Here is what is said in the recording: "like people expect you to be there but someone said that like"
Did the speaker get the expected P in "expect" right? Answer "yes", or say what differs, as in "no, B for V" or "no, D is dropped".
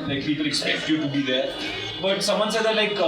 no, P is dropped